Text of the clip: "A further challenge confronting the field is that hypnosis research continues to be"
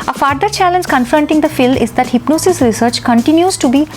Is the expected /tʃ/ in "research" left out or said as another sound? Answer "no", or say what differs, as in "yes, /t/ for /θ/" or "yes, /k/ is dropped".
no